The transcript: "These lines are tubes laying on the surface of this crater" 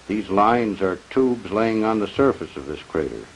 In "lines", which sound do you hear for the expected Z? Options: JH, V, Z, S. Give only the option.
Z